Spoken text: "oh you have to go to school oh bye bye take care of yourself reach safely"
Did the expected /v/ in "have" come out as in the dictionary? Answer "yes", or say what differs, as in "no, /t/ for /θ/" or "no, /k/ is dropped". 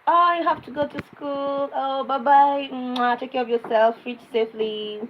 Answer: no, /f/ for /v/